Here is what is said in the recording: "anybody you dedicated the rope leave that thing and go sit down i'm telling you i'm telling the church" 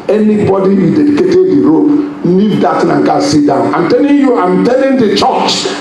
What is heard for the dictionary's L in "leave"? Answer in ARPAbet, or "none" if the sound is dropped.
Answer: N